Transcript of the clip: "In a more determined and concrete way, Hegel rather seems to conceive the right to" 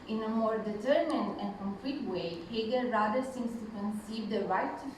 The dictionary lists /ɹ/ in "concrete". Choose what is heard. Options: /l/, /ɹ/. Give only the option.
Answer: /l/